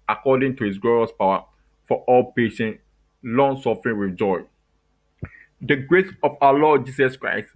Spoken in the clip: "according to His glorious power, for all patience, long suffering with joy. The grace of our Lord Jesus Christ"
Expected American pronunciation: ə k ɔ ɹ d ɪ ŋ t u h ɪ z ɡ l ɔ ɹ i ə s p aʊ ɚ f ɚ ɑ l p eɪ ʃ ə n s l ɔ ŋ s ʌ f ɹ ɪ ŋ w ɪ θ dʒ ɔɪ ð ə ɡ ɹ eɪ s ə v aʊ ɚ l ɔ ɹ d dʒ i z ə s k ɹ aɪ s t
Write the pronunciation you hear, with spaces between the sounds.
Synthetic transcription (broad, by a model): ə k ɔ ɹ d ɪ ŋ t u h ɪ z ɡ l ɔ ɹ i ə s p aʊ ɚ f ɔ ɑ l p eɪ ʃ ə n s l ɔ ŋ s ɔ f ɹ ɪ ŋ w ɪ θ dʒ ɔɪ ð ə ɡ ɹ eɪ s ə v aʊ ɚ l ɔ d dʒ i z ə s k ɹ aɪ s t